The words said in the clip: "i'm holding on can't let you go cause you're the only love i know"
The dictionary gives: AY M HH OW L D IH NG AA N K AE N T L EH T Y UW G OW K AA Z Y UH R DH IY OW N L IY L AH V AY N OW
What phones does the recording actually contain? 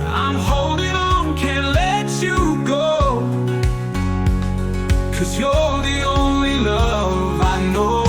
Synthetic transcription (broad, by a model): AY M HH OW L D IH NG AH N K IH N L EH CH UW G OW K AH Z Y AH L DH IY OW N L IY L AH V AY N OW